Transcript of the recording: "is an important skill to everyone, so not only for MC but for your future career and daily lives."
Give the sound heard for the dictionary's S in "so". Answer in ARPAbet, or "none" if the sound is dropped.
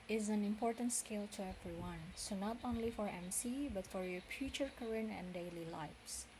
S